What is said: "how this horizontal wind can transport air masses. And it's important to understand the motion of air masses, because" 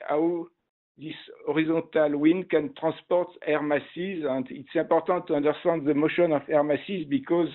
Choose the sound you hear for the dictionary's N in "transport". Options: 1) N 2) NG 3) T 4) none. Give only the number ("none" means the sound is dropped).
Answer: 4